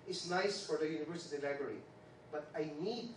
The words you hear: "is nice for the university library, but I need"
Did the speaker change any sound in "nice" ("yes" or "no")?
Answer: no